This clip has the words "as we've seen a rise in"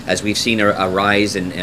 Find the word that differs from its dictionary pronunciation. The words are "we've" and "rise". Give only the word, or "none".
none